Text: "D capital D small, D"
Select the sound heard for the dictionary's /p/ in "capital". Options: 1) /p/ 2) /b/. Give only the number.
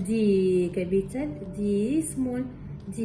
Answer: 2